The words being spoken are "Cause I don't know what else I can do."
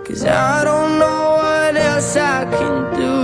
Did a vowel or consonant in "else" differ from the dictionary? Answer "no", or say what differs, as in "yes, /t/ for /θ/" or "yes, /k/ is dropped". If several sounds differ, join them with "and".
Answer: yes, /l/ is dropped